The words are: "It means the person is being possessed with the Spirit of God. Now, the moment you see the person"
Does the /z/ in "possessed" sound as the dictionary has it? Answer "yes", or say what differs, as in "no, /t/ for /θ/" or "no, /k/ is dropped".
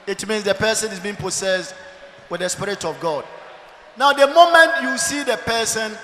no, /s/ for /z/